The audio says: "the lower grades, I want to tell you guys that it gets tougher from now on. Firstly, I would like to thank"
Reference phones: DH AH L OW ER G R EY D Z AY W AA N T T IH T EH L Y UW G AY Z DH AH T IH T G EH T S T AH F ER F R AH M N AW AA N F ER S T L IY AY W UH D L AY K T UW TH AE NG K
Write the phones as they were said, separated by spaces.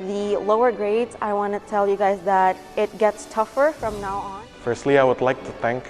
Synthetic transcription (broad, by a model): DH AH L OW ER G R EY D Z AY W AA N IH T EH L Y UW G AY Z DH AH T IH T G EH T S T AH F ER F R AH M N AW AA N F ER S T L IY AY W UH D L AY K T UW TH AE NG K